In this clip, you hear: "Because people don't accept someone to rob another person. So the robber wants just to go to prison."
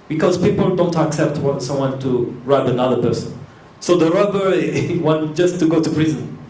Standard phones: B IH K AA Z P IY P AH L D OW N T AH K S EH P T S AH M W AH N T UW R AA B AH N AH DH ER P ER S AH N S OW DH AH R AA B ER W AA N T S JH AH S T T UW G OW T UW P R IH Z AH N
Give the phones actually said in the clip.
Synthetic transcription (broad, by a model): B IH K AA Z P IY P AH L D OW N T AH K S EH P T S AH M W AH N T UW R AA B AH N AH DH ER P ER S AH N S OW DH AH R AA B ER W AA N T JH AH S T T UW G OW T UW P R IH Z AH N